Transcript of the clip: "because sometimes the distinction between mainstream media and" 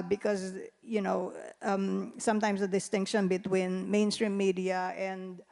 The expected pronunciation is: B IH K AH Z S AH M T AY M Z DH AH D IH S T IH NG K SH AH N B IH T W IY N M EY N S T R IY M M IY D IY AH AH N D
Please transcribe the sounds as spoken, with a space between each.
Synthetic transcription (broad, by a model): B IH K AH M S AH M T AY M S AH D IH S T IH NG K SH AH N B IH T W IY N M EY N S T R IY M M IY D IY AH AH N D